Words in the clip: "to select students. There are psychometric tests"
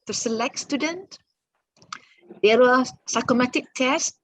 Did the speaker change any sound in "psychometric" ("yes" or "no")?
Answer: yes